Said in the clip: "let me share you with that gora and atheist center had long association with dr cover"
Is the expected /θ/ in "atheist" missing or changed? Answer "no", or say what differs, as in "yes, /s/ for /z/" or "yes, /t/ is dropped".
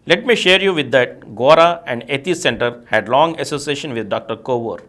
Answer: yes, /t/ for /θ/